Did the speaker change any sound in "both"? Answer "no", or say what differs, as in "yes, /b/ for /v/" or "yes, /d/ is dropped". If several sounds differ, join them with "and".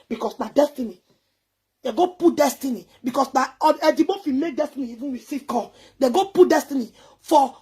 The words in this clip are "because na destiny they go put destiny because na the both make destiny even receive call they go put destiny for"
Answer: yes, /f/ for /θ/